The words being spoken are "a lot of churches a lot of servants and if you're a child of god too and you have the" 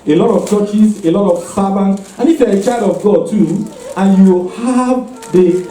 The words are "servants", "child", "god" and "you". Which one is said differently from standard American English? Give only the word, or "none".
servants